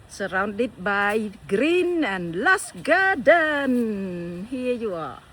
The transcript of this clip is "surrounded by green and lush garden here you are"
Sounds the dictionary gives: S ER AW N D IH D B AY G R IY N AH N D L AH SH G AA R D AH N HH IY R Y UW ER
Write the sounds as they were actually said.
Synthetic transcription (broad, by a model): S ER AW N D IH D B AY G R IY N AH N L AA S G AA D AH N HH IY Y UW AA